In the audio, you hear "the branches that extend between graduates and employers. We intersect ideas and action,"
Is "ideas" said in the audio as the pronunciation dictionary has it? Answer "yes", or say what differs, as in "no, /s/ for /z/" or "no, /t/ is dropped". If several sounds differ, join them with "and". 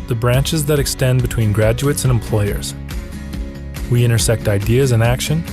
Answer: yes